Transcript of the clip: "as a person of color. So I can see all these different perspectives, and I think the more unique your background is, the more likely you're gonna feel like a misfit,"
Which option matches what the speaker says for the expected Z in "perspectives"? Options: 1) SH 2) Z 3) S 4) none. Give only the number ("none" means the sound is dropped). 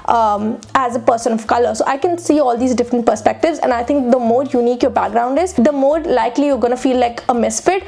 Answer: 2